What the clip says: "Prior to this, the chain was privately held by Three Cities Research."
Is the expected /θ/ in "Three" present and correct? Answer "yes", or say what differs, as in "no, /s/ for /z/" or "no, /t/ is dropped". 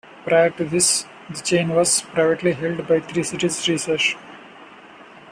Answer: no, /t/ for /θ/